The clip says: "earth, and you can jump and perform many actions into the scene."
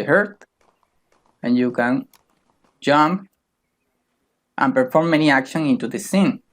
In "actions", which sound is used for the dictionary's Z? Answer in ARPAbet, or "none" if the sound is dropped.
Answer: none